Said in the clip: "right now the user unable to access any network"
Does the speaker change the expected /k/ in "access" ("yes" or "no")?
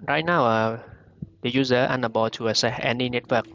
yes